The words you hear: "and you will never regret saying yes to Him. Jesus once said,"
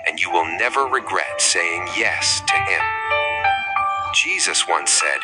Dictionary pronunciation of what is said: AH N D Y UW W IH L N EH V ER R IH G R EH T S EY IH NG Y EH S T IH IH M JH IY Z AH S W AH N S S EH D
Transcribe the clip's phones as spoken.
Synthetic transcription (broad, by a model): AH N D Y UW W IH L N EH V ER R IH G R EH T S EY IH NG Y EH S T IH IH M JH IY Z AH S W AH N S S EH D